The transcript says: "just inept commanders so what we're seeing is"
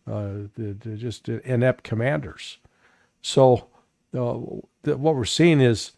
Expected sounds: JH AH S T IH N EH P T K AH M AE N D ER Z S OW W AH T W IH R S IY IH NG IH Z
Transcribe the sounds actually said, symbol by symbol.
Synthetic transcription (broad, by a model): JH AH S T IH N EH P K AH M AE N D ER Z S OW W AH T W IH R S IY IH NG IH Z